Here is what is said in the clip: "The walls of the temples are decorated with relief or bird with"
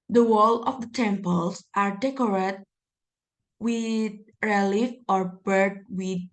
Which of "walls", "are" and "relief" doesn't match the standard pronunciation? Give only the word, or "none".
walls